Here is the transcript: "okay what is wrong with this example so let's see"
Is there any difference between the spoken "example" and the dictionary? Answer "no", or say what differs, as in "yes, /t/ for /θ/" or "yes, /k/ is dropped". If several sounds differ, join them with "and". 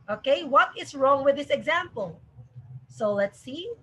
no